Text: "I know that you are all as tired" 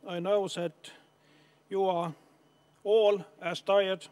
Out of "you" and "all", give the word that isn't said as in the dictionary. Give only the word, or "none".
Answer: none